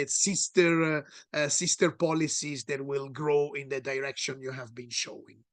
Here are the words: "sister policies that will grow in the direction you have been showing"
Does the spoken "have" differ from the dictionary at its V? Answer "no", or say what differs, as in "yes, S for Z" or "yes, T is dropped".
no